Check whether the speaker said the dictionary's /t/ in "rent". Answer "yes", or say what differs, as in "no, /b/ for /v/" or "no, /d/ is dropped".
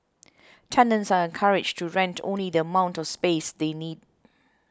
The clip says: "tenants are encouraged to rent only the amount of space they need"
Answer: yes